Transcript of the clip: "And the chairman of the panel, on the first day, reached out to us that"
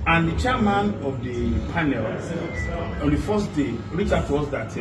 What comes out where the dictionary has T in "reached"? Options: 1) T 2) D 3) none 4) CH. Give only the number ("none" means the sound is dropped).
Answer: 3